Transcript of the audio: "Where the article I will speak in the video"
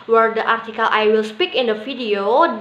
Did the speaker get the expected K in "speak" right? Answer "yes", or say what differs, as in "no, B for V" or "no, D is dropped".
yes